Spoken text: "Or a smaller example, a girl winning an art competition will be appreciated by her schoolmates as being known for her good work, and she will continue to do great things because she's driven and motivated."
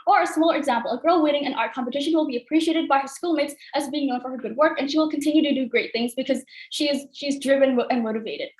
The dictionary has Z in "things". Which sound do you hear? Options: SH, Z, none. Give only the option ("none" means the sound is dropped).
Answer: Z